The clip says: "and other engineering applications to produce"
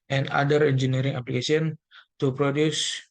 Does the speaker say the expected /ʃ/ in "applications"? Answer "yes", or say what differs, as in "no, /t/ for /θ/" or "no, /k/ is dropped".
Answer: no, /s/ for /ʃ/